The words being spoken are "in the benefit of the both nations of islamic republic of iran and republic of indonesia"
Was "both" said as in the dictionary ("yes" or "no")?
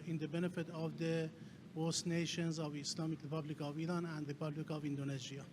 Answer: no